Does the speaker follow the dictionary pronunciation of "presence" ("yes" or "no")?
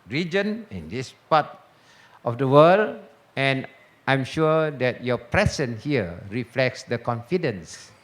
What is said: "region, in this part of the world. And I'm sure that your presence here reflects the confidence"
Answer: no